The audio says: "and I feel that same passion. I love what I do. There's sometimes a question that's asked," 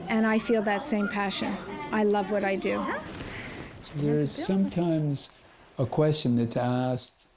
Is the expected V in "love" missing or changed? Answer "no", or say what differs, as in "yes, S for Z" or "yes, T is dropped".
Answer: no